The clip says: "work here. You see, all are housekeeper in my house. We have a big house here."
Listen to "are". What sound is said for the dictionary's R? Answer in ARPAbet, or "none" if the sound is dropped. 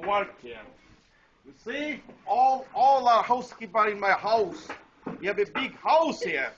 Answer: L